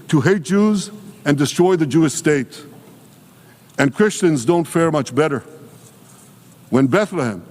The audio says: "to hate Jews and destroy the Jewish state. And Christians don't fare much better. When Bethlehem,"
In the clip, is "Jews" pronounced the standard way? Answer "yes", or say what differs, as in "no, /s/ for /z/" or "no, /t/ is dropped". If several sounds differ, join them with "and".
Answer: yes